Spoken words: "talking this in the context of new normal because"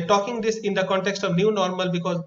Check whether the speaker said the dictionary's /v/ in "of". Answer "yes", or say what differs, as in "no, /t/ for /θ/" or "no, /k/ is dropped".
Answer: yes